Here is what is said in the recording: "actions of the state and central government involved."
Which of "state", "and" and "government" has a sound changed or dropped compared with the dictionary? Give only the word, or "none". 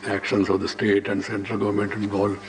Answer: none